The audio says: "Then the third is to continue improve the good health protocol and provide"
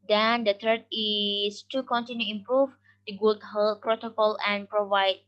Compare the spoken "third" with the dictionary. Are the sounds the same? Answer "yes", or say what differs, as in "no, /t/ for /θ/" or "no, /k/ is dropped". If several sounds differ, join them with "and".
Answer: no, /t/ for /θ/